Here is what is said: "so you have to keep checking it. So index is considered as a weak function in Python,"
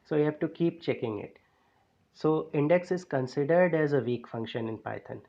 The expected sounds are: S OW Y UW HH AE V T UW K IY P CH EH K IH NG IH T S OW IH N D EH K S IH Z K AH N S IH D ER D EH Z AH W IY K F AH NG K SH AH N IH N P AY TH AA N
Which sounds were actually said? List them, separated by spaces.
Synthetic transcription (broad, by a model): S OW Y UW HH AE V T UW K IY P CH EH K IH NG IH T S OW IH N D EH K S IH Z K AH N S IH D ER D EH Z AH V IY K F AH NG K SH AH N IH N P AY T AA N